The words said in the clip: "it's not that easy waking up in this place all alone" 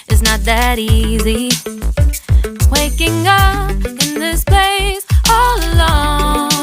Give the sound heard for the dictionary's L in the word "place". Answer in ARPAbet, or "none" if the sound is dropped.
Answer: none